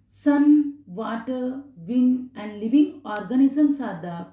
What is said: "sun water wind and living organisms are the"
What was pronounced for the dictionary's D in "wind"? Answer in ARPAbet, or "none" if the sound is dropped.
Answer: none